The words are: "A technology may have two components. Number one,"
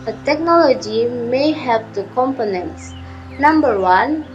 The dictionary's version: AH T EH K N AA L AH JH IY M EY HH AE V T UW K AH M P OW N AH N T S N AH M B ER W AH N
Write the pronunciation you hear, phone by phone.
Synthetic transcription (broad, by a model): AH T EH K N AA L AH JH IY M EY HH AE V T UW K AH M P OW N AH N T S N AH M B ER W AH N